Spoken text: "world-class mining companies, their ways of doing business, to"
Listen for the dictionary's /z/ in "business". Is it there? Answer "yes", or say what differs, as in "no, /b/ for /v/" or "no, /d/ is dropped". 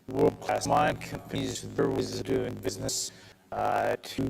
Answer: yes